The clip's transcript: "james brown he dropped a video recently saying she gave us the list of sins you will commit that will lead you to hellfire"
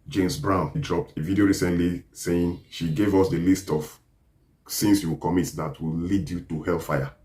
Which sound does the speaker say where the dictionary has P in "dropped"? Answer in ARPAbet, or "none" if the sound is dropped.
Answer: P